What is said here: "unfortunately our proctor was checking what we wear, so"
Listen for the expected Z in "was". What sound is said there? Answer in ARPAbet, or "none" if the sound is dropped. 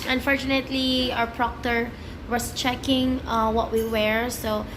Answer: S